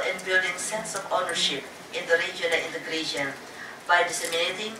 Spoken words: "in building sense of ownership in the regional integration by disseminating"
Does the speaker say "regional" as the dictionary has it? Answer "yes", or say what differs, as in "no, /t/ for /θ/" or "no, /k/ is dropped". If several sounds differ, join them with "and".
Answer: no, /n/ is dropped and /n/ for /l/